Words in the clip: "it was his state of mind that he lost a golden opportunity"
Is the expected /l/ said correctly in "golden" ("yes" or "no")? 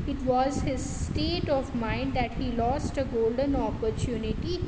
yes